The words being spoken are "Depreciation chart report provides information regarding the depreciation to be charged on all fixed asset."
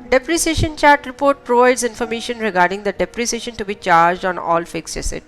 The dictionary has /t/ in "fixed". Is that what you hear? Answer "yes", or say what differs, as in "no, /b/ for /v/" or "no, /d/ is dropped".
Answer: no, /t/ is dropped